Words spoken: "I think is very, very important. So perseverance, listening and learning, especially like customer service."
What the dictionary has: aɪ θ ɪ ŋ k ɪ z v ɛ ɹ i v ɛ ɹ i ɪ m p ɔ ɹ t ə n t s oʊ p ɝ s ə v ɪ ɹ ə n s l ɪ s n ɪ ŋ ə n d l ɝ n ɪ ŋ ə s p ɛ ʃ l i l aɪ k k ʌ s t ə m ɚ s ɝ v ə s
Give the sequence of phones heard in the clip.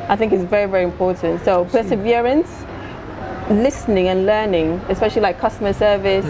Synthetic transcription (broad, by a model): aɪ θ ɪ ŋ k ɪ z v ɛ ɹ i v ɛ ɹ i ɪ m p ɔ ɹ t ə n t s oʊ p ɝ s ə v ɪ ɹ ə n s l ɪ s n ɪ ŋ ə n l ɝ n ɪ ŋ ə s p ɛ ʃ l i l aɪ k k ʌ s t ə m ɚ s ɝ v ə s